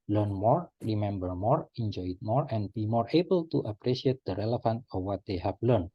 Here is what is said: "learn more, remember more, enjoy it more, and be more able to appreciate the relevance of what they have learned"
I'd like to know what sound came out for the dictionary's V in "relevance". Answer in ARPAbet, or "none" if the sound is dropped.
F